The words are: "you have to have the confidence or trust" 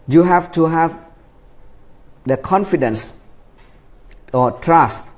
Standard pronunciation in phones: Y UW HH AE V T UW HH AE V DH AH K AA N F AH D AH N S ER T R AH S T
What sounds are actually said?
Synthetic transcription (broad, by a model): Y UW HH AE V T UW HH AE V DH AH K AA N F AH D AH N S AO T R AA S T